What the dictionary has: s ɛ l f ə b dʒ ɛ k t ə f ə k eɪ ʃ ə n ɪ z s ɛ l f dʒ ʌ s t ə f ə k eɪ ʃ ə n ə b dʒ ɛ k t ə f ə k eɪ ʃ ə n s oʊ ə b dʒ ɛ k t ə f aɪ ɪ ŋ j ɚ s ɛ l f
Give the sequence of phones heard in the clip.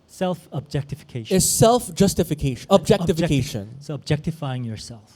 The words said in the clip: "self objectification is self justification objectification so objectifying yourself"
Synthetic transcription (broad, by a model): s ɛ l f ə b dʒ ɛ k t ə f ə k eɪ ə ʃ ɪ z s ɛ l f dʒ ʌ s t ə f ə k eɪ ə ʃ ə b dʒ ɛ k t ə f ə k eɪ ʃ ə n s oʊ ə b dʒ ɛ k t ə f aɪ ɪ ŋ j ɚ s ɛ l f